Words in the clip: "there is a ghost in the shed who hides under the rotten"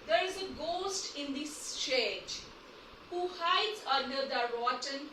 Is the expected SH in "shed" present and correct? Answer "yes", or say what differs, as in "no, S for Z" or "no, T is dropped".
no, S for SH